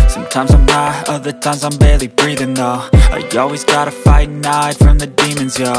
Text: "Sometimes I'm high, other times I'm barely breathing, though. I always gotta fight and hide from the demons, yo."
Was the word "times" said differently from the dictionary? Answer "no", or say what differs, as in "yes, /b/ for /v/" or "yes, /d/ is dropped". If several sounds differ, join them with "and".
no